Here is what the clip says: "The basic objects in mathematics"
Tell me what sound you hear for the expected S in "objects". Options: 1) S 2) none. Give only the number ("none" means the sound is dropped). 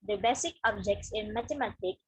1